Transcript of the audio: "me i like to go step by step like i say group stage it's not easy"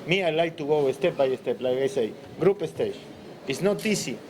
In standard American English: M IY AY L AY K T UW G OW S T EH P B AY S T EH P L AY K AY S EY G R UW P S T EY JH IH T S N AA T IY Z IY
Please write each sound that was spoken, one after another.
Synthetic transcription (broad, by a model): M IY AY L AY K T UW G OW S T EH P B AY S T EH P L AY K AY S EY G R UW P S T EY SH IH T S N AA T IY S IY